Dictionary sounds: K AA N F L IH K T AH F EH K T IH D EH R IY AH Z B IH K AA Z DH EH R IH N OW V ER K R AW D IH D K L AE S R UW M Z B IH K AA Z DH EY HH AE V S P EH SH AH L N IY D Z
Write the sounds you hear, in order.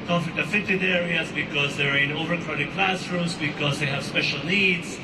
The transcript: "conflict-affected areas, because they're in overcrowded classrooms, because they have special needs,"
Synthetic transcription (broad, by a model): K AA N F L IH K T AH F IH T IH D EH R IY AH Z B IH K AA Z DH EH R IH N OW V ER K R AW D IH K L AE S R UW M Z B IH K AA Z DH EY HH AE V S P EH SH AH L N IY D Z